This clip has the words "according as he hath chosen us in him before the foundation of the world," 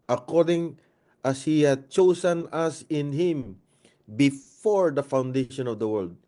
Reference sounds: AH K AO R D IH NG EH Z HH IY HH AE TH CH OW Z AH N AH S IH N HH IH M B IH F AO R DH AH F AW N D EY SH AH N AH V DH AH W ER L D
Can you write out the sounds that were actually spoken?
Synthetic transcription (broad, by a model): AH K AO R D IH NG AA S HH IY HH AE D CH OW S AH N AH S IH N HH IH M B IH F AO R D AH F AW N D EY SH AH N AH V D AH W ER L D